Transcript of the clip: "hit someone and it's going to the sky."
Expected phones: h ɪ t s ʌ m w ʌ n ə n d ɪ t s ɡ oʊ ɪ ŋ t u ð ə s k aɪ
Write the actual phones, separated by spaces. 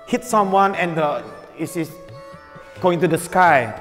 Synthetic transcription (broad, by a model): h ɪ t s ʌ m w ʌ n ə n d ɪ s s ɡ oʊ ɪ ŋ t u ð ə s k aɪ